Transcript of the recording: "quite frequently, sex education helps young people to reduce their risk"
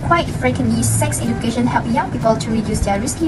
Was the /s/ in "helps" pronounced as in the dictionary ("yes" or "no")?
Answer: no